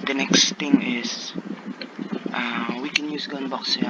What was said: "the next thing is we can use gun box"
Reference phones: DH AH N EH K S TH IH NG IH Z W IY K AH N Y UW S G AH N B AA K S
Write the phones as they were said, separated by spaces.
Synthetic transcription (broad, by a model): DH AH N EH K S T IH NG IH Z W IY K AH N Y UW S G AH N B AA K S